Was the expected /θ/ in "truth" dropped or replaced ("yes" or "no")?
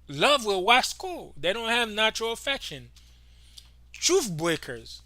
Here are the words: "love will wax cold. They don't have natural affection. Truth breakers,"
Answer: yes